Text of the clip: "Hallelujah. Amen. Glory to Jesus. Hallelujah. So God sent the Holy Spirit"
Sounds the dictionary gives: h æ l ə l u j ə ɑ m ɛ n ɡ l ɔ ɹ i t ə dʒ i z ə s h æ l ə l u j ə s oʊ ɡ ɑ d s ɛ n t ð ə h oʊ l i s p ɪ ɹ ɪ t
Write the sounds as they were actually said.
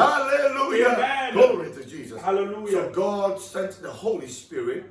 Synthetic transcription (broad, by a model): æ l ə l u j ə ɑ ʌ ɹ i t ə dʒ i z ə s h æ l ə l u j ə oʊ ɡ ɑ d s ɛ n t ð ə h oʊ l i s p ɪ ɹ ɪ t